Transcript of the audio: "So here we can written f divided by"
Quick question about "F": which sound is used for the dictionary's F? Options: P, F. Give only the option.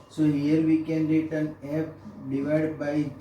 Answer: P